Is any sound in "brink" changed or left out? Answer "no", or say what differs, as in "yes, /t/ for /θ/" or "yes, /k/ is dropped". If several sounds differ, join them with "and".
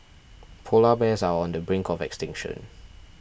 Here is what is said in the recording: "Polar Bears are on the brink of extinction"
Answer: no